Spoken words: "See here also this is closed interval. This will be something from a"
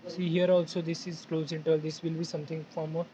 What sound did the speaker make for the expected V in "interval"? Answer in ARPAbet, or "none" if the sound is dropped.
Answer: none